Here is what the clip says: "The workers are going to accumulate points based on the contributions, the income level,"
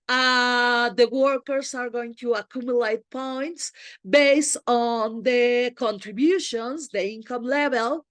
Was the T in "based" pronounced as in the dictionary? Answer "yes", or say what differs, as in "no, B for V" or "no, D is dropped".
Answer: yes